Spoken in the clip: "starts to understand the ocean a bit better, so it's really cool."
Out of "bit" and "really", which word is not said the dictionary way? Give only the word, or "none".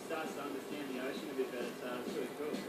really